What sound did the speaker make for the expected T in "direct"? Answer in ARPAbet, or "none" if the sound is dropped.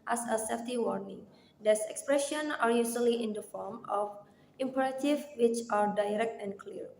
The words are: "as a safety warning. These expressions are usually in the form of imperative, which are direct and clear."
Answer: T